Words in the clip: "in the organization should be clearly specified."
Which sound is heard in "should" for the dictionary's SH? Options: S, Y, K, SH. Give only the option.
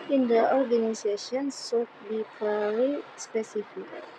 S